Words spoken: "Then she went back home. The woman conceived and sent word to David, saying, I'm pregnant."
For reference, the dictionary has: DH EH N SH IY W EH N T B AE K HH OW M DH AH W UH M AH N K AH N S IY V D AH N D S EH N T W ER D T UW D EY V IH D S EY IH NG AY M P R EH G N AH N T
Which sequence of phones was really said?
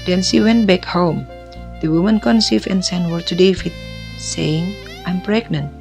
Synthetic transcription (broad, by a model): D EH N S IY W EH N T B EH K HH OW M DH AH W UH M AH N K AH N S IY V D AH N S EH N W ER T UW D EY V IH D S EY IH NG AY M P R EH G N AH N T